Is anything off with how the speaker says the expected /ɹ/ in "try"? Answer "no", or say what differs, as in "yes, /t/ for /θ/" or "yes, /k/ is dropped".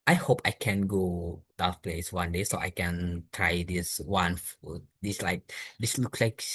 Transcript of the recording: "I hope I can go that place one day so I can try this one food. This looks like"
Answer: no